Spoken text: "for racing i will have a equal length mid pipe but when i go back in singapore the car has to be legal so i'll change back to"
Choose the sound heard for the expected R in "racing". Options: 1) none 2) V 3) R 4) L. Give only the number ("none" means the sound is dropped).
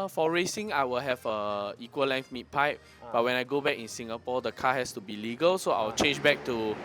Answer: 3